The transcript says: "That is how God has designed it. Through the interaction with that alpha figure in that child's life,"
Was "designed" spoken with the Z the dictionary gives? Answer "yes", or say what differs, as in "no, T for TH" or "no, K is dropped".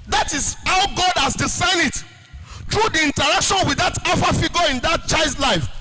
no, S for Z